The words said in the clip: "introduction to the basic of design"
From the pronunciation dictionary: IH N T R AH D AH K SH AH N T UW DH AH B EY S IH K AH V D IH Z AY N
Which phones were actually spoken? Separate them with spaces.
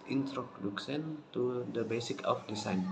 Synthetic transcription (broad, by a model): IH N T R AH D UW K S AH N T UW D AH B EY S IH K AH F D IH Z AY N